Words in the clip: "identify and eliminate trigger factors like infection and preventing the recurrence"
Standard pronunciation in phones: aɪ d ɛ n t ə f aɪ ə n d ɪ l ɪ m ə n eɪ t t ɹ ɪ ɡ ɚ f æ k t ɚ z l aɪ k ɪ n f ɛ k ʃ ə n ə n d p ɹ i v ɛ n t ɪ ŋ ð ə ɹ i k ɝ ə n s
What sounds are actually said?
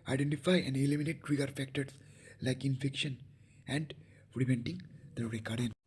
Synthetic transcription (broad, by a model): aɪ d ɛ n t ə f aɪ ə n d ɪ l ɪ m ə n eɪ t t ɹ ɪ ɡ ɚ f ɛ k t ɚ s l aɪ k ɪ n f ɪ k ʃ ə n ə n d f ɹ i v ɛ n t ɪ ŋ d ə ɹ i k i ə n